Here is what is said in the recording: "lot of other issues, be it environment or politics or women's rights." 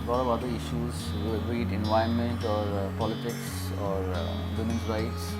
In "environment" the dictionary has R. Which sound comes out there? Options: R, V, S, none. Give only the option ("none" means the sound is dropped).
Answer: none